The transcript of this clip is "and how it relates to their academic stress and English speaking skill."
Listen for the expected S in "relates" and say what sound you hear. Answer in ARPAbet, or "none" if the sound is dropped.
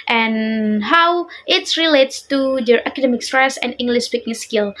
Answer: S